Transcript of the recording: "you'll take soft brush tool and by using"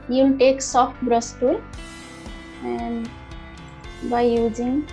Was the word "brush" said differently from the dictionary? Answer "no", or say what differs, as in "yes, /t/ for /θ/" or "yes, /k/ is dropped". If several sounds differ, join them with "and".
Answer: yes, /s/ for /ʃ/